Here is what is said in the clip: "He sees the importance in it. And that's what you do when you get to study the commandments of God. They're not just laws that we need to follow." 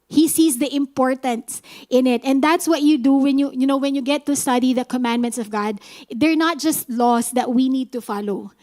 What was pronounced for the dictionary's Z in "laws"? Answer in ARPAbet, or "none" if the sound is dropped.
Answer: S